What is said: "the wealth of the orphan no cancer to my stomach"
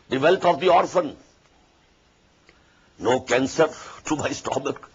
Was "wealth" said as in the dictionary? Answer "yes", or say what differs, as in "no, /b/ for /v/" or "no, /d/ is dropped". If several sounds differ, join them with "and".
no, /t/ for /θ/